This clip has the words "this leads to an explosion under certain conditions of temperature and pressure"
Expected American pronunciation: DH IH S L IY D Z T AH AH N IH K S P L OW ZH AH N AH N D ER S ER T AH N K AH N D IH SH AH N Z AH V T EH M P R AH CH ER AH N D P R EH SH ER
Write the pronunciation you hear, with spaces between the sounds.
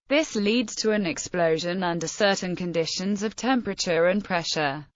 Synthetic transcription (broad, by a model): DH IH S L IY D Z T AH AH N IH K S P L OW ZH AH N AH N D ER S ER T N K AH N D IH SH AH N Z AH V T EH M P R AH CH ER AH N P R EH SH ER